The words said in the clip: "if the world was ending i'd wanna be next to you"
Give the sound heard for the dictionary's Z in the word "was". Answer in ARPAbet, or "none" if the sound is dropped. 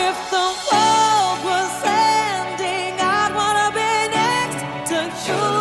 S